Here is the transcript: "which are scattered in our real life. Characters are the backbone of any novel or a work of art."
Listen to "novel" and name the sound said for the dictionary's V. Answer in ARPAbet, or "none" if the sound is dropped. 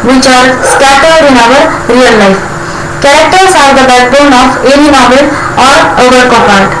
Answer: B